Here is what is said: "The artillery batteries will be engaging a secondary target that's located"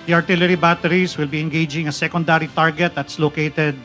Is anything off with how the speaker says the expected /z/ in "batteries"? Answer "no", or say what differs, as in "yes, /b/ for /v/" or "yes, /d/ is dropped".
yes, /s/ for /z/